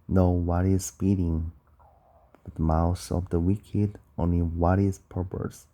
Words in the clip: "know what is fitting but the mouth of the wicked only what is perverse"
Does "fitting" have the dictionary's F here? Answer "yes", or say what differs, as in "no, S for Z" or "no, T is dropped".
no, P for F